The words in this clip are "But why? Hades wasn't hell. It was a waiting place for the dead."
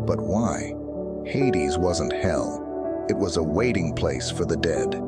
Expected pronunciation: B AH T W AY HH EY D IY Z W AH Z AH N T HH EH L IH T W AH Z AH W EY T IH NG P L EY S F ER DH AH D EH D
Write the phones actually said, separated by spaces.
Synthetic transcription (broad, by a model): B AH T W AY HH EY D IY Z W AH Z AH N T HH EH L IH T W AH Z AH W EY T IH NG P L EY S F ER DH AH D EH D